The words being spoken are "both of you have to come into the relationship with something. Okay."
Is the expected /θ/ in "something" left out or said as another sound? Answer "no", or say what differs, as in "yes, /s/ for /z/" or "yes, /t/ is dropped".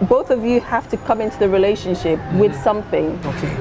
no